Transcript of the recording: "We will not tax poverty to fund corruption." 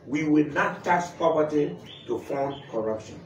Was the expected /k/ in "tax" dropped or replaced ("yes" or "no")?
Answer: yes